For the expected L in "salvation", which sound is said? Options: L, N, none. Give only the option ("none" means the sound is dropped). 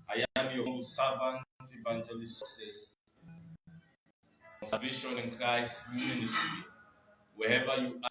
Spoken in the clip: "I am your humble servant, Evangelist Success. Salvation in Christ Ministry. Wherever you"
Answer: none